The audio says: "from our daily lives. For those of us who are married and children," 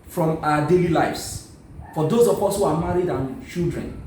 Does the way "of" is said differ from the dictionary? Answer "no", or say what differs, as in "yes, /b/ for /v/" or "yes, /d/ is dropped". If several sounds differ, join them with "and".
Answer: yes, /p/ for /v/